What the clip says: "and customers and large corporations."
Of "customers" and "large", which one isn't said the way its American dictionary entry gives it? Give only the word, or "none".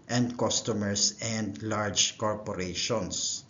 customers